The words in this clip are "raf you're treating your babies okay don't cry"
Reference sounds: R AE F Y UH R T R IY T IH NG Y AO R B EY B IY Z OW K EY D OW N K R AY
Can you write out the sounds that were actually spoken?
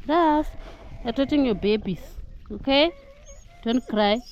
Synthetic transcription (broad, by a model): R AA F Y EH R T AO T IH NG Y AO B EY B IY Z OW K EY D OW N K R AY